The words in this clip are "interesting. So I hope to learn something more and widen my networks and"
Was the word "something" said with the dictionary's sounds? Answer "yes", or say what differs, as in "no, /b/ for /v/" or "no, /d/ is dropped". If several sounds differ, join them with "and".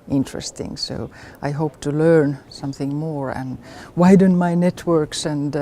yes